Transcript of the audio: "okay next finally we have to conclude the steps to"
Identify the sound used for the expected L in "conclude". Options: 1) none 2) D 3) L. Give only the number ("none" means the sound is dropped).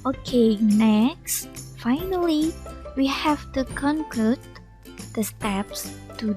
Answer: 1